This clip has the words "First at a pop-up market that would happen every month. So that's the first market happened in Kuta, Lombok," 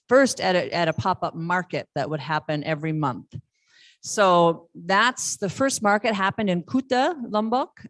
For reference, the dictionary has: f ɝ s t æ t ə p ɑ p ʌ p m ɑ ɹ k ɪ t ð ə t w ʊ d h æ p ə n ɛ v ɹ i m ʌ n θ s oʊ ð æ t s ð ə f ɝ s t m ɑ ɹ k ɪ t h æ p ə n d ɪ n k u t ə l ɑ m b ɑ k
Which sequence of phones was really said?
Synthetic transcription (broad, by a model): f ɝ s t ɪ t ə p ɑ p ʌ p m ɑ ɹ k ɪ t ð ə t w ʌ d h æ p ə n ɛ v ɹ i m ʌ n θ s oʊ ð æ t s ð ə f ɝ s t m ɑ ɹ k ɪ t h æ p ə n d ɪ n k u t ə l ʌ m b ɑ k